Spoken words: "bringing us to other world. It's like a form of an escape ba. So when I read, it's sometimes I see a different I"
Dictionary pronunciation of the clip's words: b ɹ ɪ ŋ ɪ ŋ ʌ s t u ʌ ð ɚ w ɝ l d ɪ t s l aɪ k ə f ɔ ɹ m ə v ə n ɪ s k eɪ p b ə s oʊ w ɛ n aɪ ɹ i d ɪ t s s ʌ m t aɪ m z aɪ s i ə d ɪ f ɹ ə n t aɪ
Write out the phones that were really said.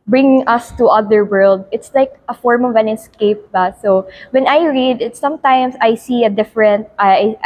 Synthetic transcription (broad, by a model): b ɹ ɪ ŋ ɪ ŋ ʌ s t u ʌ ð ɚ w ɝ l d ɪ t s l aɪ k ə f ɔ ɹ m ə v ə n ɪ s k eɪ p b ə s oʊ w ɛ n aɪ ɹ i d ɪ t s s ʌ m t aɪ m s aɪ s i ə d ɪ f ɹ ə n t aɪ